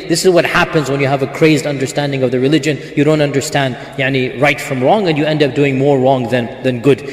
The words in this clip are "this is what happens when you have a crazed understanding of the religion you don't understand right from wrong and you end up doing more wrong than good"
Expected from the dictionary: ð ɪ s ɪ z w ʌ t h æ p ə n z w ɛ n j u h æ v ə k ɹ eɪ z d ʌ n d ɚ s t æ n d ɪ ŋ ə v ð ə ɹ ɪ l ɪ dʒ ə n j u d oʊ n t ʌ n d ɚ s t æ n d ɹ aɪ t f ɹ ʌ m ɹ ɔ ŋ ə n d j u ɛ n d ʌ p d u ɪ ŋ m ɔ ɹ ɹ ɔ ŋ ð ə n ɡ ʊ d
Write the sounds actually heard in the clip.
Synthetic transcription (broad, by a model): ð ɪ s ɪ z w ʌ t h æ p ə n z w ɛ n j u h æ v ə k ɹ eɪ z d ʌ n d ɚ s t æ n d ɪ ŋ ə v ð ə ɹ ɪ l ɪ dʒ ə n j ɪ d oʊ n t ʌ n d ɚ s t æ n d ɹ aɪ t f ɹ ʌ m ɹ ɔ ŋ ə n j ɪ ɛ n d ʌ p d u ɪ ŋ m ɔ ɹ ɹ ɔ ŋ ð ə n ɡ ʊ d